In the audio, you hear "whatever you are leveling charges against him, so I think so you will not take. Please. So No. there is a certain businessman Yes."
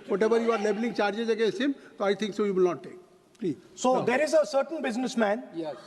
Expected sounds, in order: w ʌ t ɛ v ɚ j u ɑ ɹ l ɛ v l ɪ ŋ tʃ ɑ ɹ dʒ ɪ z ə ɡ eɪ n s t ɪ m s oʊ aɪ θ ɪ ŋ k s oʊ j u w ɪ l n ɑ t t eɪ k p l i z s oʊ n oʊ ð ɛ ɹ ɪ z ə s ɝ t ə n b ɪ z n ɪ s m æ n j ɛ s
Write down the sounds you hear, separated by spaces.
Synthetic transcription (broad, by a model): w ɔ t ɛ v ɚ j u ɑ ɹ l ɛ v l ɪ ŋ tʃ ɑ ɹ dʒ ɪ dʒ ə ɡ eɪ s ɪ m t oʊ aɪ t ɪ ŋ k s oʊ j u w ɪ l n ɑ t t eɪ k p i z s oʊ oʊ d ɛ ɹ ɪ z ə s ɝ t ə n b ɪ z n ɪ s m æ n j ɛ